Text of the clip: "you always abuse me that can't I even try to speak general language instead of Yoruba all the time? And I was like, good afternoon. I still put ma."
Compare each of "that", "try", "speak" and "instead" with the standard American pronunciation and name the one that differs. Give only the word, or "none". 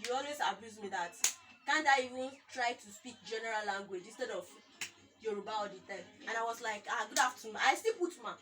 none